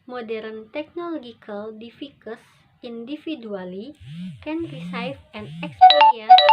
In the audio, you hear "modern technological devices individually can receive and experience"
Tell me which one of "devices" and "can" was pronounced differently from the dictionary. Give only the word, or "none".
devices